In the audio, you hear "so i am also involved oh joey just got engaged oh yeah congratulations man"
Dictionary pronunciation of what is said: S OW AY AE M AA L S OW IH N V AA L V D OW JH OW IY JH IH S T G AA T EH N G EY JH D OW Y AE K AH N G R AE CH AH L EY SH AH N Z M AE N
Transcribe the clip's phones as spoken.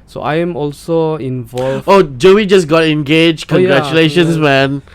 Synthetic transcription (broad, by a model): S OW AY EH M AA L S OW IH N V AA L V OW JH OW IY JH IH S G AA T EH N G EY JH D K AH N G R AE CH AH L EY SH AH N S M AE N